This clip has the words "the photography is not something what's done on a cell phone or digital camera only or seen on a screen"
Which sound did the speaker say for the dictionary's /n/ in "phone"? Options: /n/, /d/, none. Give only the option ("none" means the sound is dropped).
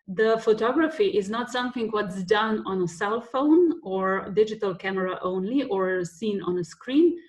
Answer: /n/